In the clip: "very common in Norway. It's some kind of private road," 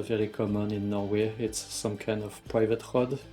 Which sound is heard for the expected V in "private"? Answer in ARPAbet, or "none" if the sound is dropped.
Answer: V